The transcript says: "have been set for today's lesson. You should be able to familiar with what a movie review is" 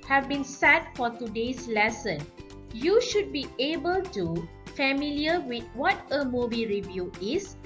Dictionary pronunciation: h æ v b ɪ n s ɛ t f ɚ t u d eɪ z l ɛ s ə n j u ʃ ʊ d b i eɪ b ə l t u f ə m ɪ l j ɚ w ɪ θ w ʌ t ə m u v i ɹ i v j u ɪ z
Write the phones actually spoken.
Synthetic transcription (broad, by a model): h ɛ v b ɪ n s ɛ t f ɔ t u d eɪ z l ɛ s ə n j u ʃ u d b i eɪ b ə l t u f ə m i l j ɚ w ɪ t w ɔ t ə m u b i ɹ i v j u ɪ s